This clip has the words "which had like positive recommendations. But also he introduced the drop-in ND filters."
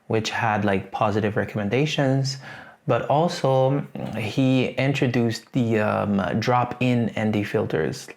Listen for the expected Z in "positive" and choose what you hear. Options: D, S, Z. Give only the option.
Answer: Z